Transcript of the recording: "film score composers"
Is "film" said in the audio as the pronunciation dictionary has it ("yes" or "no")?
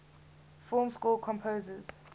no